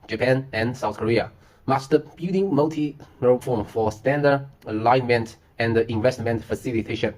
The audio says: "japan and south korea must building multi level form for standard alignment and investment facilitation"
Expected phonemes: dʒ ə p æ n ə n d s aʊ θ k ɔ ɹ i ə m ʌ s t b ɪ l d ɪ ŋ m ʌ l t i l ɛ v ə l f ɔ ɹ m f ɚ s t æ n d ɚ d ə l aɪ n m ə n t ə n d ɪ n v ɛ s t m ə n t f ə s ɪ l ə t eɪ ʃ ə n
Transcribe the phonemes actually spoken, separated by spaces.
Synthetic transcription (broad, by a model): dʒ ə p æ n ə n s aʊ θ k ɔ ɹ i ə m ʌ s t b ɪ d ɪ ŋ m ʌ l t i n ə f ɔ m f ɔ s t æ n d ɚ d ə l aɪ n m ə n t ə n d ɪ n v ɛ s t m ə n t f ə s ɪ l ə t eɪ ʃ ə n